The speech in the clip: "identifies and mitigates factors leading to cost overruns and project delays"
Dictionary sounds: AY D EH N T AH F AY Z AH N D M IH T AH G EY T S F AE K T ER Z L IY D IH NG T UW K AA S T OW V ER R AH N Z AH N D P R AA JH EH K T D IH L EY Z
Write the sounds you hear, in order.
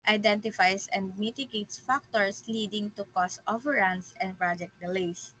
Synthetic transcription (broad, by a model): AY D EH N T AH F AY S AH N D M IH T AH G EY T S F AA K T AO S L IY D IH NG T UW K AA S T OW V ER R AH N S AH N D P R AA JH EH K T D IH L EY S